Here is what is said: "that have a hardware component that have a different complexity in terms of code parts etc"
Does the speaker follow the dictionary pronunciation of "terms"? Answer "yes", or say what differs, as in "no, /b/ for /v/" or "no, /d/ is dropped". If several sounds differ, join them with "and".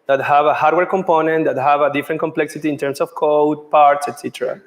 no, /s/ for /z/